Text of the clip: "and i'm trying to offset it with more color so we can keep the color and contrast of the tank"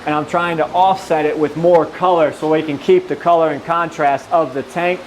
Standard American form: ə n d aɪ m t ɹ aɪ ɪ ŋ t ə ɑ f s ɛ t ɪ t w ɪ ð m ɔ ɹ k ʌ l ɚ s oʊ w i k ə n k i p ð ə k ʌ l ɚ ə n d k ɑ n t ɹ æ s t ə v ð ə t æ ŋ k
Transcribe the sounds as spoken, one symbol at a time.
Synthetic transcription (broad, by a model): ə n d aɪ m t ɹ aɪ ɪ ŋ t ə ɑ f s ɛ t ɪ t w ɪ ð m ɔ ɹ k ʌ l ɚ s oʊ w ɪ k ə n k i p ð ə k ʌ l ɚ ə n k ɑ n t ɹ æ s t ə v ð ə t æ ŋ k